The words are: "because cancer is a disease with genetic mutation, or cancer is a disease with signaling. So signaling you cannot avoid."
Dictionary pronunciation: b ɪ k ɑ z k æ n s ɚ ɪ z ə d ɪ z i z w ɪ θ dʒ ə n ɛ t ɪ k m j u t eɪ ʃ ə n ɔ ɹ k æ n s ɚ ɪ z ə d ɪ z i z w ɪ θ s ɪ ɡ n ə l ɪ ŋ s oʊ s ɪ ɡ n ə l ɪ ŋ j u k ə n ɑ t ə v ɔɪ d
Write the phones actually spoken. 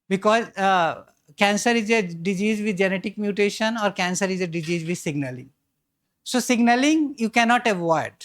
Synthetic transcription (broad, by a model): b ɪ k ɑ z k æ n s ɚ ɪ z ə d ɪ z i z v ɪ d dʒ ə n ɛ t ɪ k m j u t eɪ ʃ ə n ɔ ɹ k æ n s ɚ ɪ z ə d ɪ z i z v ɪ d s ɪ ɡ n ə l ɪ ŋ s oʊ s ɪ ɡ n ə l ɪ ŋ j u k ə n ɑ t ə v ɔɪ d